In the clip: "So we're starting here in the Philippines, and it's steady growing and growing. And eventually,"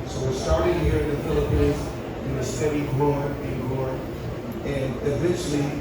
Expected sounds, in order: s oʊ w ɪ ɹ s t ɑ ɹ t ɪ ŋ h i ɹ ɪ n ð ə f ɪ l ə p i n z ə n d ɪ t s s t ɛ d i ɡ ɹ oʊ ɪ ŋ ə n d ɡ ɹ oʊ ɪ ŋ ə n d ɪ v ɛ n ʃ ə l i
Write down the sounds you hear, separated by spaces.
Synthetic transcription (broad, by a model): s oʊ w ɪ ɹ s t ɑ ɹ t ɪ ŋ h i ɹ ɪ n ð ə f ɪ l ə p i n z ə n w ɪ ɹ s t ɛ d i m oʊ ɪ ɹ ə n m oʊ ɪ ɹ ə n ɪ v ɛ n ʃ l i